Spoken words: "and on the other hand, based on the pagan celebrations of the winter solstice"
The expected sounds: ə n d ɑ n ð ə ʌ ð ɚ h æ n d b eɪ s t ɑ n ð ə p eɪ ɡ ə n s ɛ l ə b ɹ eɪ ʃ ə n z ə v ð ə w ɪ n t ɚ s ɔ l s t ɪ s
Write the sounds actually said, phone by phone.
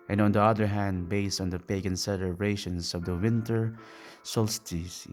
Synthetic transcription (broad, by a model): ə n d ɑ n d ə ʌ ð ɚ h æ n d b eɪ s t ɑ n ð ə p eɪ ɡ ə n s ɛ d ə ɹ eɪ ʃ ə n s ə v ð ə w ɪ n t ɚ s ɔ l s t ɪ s